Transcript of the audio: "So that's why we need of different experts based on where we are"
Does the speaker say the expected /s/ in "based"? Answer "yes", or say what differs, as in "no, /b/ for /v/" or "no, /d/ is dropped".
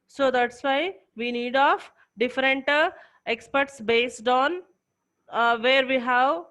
yes